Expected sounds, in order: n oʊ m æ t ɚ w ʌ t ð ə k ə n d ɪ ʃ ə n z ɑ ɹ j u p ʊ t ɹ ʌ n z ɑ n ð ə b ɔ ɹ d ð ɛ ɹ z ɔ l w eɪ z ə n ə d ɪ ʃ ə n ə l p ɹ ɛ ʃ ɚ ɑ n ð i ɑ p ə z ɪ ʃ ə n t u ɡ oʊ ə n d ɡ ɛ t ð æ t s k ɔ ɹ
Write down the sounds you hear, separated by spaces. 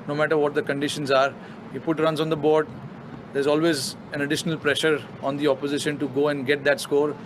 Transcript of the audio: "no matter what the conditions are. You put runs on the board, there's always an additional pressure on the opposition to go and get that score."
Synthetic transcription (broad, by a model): n oʊ m æ t ɚ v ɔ t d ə k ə n d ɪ ʃ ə n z ɑ ɹ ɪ f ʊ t ɹ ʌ n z ɑ n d ə b ɔ ɹ d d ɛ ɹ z ɔ l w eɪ z ə n ə d ɪ ʃ ə n ə l p ɹ ɛ ʃ ɚ ɑ n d i ɑ p ə z ɪ ʃ ə n t u ɡ oʊ ə n d ɡ ɛ t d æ t s k ɔ ɹ